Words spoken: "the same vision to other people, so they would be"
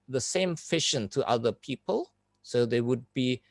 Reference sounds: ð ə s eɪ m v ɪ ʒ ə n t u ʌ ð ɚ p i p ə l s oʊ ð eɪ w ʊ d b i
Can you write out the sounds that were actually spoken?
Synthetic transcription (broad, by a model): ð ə s eɪ m f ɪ ʃ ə n t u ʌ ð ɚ p i p ə l s oʊ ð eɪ w ʊ d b i